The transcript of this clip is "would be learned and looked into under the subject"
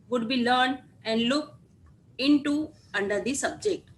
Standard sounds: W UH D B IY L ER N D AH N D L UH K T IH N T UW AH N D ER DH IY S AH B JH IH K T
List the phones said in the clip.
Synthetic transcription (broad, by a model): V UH D B IY L ER N D AH N D L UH K IH N T UW AH N D ER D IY S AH B JH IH K T